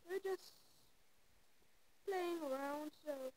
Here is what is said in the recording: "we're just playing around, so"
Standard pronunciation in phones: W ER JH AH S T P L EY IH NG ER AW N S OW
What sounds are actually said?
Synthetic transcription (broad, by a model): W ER JH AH S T P L EY IH NG ER AW N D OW